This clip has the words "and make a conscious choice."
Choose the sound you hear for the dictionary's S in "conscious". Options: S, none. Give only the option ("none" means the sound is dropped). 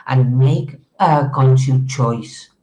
none